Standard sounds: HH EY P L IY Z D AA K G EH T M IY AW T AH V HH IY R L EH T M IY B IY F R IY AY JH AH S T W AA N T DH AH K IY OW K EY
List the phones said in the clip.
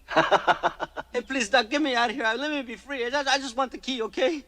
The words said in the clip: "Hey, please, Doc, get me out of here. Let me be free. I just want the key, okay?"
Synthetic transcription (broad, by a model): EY P L IY Z D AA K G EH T M IY AW T HH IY R L EH T M IY B IY F R IY AY JH AH S T W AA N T DH AH K IY OW K EY